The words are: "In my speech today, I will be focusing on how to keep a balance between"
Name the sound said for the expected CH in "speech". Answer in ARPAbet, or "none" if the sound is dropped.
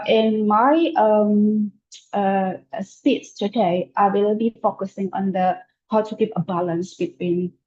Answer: S